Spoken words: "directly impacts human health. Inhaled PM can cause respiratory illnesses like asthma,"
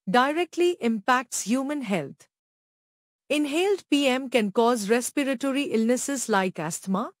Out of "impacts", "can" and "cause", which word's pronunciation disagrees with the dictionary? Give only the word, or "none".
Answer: none